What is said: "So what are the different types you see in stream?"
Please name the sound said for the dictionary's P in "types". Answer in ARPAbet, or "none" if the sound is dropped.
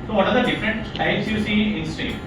none